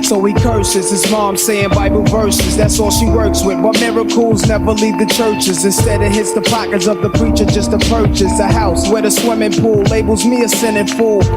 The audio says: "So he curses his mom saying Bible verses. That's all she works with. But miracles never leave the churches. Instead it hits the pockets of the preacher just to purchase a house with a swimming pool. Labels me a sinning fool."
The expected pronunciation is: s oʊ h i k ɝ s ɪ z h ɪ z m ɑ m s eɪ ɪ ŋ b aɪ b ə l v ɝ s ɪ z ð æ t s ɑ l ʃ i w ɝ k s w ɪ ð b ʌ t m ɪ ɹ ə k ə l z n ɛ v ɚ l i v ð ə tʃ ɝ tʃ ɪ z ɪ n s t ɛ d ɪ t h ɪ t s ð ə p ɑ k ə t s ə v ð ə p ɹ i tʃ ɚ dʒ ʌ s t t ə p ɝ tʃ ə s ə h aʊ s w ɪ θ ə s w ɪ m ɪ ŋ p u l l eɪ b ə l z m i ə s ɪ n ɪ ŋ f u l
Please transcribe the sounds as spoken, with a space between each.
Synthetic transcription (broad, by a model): s oʊ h i k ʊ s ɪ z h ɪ z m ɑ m s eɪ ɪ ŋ b aɪ b ə l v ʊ s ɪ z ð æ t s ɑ ʃ i w ɝ k s w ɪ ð b ʌ t m ɪ ɹ ə k ə l z n ɛ v ɚ l i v ð ə tʃ ɝ tʃ ɪ z ɪ n s t ɛ d ɪ t h ɪ t s ð ə p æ k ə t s ə v ð ə p ɹ i tʃ ɚ dʒ ʌ s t t ə p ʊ tʃ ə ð ə h aʊ s w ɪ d ə s w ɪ m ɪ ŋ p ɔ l l eɪ b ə l z m i ə s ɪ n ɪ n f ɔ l